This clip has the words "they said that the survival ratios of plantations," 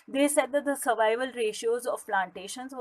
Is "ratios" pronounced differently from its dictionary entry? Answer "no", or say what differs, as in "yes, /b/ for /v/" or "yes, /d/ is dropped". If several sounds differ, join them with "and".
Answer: no